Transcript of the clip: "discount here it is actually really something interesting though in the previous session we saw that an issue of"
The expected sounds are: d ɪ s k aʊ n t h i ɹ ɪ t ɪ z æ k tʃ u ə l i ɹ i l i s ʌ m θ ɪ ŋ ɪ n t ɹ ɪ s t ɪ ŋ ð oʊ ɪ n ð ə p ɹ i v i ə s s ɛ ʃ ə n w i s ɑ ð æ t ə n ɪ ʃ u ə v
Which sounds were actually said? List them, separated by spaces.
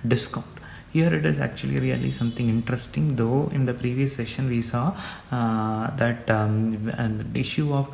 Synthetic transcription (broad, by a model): d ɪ s k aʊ n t h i ɹ ɪ t ɪ z æ k tʃ u ə l i ɹ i l i s ʌ m t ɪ ŋ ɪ n t ɹ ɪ s t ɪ ŋ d oʊ ɪ n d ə p ɹ i v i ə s s ɛ ʃ ə n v i s ɑ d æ t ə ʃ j u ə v